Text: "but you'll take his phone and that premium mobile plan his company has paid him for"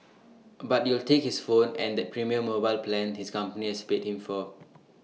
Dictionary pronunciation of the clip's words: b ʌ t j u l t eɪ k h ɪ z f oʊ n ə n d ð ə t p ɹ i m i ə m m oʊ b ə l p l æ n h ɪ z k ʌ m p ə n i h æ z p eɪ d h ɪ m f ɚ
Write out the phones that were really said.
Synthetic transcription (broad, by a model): b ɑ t j u l t eɪ k h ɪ s f oʊ n ə n d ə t p ɹ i m i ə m m oʊ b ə l p l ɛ n h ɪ s k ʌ m p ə n i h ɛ s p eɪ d h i m f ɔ